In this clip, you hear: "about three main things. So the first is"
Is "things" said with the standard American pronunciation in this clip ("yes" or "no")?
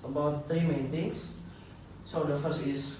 no